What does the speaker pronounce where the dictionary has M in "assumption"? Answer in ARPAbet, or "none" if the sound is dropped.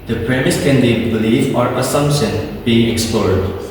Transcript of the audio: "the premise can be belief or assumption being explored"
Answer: M